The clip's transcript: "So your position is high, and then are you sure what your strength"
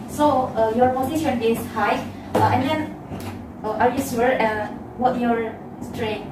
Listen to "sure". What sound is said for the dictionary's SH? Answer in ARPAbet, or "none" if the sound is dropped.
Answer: S